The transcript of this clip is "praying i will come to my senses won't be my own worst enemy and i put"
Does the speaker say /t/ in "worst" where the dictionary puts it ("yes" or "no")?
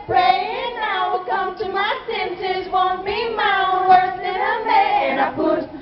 no